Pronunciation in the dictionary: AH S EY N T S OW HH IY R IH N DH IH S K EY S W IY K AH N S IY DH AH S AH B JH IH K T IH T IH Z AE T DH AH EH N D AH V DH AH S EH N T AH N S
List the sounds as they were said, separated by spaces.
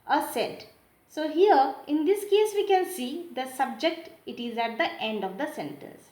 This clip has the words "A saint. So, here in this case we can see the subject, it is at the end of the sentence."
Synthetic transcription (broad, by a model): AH S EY T S OW HH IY R IH N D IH S K EY S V IY K AH N S IY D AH S AH B JH IH K T IH T IH Z AE T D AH EH N D AH V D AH S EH N T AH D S